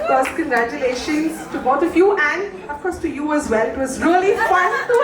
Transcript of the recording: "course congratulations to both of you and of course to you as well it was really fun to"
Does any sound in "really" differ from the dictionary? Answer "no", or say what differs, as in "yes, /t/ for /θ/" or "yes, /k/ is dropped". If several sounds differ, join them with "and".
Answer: no